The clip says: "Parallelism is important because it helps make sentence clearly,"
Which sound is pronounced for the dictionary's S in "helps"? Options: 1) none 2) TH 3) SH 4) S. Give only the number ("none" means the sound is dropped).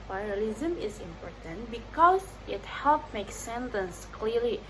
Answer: 1